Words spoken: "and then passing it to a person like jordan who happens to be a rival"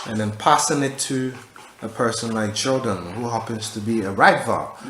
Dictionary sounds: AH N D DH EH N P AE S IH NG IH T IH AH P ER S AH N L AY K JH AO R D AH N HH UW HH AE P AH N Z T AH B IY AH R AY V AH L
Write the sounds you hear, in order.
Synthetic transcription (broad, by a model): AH N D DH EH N P AE S IH NG IH T IH AH P ER S AH N L AY K CH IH L D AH N HH UW HH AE P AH N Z T AH B IY AH R AY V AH